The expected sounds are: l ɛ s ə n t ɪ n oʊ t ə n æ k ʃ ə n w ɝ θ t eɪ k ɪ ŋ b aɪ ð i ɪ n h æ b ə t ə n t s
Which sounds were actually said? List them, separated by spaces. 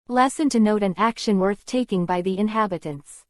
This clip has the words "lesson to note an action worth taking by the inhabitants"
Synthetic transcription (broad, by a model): l ɛ s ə n t ɪ n oʊ t ə n æ k ʃ ə n w ɝ θ t eɪ k ɪ ŋ b aɪ ð i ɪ n h æ b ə t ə n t s